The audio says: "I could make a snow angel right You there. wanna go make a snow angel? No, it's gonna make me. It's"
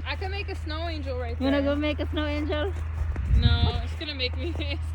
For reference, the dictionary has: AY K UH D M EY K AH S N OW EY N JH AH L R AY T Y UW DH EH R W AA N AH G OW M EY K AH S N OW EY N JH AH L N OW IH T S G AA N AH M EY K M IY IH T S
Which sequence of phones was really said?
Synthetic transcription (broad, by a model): AY K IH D M EY K AH S N OW EY N JH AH L R AY T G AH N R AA AH G OW M EY K AH S N OW EY N JH AH L N OW IH T S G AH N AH M EY K M IY